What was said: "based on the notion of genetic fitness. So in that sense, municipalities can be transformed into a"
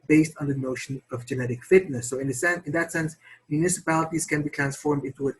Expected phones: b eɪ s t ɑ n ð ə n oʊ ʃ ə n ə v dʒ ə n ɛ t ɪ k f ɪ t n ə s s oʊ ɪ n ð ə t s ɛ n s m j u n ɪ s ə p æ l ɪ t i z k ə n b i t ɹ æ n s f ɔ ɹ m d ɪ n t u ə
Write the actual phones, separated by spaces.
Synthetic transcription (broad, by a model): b eɪ s t n ð ə n oʊ ʃ ə n ə v dʒ ə n ɛ t ɪ k f ɪ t n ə s s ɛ ɪ n ð ə t s ɛ n s m j u n ɪ s ə p æ l ɪ t i z k ə n b i t ɹ æ n s f ɔ ɹ m d ɪ n t u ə